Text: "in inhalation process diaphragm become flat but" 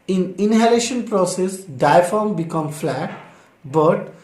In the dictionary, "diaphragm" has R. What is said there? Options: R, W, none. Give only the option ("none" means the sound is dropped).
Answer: none